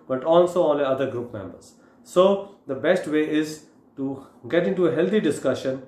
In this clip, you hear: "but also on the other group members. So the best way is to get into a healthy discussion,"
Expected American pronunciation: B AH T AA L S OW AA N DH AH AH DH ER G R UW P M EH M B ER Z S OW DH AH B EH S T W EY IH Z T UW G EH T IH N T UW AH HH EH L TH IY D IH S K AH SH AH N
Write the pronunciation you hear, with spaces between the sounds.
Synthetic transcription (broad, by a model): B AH T AA L S OW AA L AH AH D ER G R UW P M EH M B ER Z S OW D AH B EH S T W EY IH Z T UW G EH T IH N T UW AH HH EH L T IY D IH S K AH SH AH N